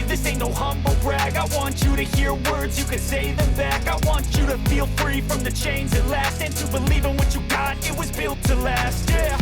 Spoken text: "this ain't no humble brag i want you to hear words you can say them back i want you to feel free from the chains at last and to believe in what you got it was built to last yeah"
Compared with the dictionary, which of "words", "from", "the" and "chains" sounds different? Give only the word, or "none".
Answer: none